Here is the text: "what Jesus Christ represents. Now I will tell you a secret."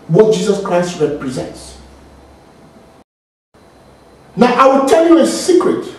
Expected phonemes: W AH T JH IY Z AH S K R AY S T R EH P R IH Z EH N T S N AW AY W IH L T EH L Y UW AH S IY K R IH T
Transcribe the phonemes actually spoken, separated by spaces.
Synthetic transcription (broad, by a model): W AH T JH IY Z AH S K R AY S T R EH P R IH Z EH N T S N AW AY W IH L T EH L Y UW AH S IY K R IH T